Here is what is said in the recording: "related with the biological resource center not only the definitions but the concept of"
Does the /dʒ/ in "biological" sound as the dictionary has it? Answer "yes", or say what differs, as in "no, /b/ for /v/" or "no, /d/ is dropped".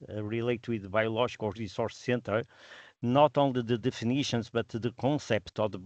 no, /ʒ/ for /dʒ/